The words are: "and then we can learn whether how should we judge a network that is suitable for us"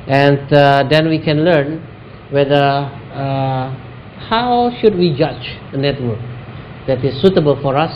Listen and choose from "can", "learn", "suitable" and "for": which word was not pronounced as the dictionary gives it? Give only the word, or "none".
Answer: none